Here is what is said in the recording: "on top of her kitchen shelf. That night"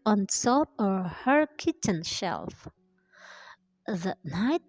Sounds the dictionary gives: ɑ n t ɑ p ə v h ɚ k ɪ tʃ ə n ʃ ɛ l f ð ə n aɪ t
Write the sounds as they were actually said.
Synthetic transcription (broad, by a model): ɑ n s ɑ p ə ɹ h ɚ k ɪ tʃ ə n ʃ ɛ l f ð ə n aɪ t